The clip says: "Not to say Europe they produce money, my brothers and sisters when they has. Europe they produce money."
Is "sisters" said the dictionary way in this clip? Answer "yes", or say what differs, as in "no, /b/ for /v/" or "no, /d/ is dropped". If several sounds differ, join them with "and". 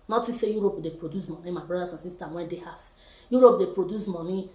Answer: no, /z/ is dropped